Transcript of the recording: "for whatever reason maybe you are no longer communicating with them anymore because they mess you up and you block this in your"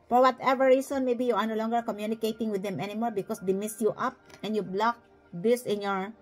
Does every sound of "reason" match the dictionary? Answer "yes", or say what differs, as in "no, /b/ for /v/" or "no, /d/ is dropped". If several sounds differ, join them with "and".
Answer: no, /s/ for /z/